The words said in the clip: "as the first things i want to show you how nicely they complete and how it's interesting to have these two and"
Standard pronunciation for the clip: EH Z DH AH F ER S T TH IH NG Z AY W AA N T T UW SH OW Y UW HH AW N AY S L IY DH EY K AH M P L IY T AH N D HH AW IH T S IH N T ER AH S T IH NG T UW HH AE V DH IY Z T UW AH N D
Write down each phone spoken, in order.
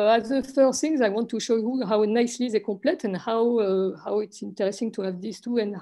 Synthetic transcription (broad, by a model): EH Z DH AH F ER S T TH IH NG Z AY W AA N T T UW SH OW Y UW HH AW N AY S L IY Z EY K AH P L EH T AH N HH HH AW IH T S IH N T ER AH S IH NG T UW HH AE V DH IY S T UW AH N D